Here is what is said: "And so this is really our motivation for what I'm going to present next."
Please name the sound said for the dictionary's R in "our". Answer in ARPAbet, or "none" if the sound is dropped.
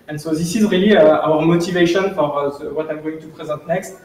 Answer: R